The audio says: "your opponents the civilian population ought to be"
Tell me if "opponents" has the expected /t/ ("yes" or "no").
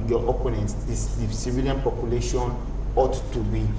no